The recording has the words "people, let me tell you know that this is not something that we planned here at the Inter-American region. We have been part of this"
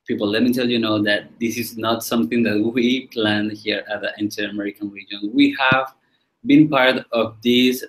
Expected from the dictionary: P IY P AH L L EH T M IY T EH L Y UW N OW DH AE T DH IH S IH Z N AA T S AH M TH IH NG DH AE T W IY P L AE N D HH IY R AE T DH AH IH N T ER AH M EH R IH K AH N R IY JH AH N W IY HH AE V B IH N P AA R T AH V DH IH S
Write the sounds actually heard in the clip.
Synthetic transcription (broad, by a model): P IY P L L EH T M IY T EH L Y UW N OW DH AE T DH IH S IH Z N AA T S AH M TH IH NG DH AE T W IY P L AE N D HH IY R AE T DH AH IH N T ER AH M EH R IH K AH N R IY JH AH N W IY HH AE V B IH N P AA R T AH V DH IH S